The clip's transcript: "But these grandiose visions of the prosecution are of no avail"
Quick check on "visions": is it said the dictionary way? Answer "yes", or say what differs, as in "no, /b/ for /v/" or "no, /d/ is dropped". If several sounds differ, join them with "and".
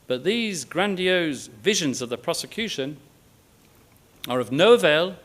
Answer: yes